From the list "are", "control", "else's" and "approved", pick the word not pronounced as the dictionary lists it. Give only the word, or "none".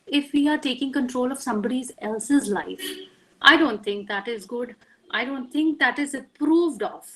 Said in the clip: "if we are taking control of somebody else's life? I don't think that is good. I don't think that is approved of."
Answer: none